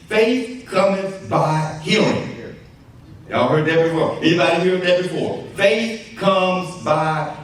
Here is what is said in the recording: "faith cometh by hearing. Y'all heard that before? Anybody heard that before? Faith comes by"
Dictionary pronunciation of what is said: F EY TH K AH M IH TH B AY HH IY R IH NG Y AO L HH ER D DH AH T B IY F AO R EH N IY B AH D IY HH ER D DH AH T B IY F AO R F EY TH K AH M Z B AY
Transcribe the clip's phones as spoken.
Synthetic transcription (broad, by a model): F EY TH K AH M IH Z B AY HH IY L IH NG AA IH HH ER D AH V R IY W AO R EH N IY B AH D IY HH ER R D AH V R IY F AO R F EY TH K AH M Z B AY